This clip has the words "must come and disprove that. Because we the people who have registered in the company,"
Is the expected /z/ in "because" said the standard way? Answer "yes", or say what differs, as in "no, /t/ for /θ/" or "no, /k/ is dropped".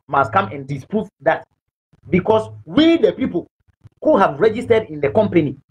no, /s/ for /z/